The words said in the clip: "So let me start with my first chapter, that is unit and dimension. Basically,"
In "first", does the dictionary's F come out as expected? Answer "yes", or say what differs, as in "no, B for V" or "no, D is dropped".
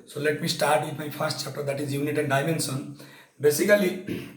no, P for F